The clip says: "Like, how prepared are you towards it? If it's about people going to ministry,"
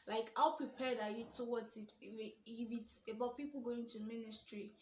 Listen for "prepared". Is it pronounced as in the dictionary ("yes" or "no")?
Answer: yes